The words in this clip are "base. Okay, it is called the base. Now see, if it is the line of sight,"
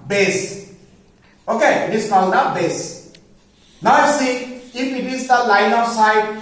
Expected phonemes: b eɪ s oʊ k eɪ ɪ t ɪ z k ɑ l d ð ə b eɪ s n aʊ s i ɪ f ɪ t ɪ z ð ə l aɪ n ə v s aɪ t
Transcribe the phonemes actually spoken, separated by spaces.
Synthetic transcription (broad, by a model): b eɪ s oʊ k eɪ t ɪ s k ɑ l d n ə b eɪ s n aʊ s i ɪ p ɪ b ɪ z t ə l aɪ n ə s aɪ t